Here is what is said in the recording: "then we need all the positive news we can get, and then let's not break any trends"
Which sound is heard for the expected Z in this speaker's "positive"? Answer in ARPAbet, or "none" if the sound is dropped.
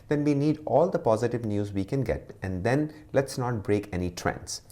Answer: Z